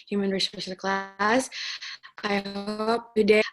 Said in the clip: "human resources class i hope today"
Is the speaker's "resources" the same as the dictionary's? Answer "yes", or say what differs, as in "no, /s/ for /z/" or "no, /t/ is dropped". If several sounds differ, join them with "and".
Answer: no, /z/ is dropped